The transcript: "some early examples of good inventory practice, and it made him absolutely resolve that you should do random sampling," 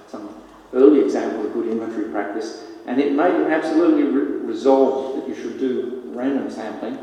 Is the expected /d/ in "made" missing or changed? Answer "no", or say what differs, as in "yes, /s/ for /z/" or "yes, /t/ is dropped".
yes, /d/ is dropped